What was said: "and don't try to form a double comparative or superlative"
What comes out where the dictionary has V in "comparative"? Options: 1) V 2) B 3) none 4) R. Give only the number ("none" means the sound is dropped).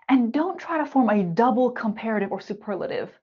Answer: 1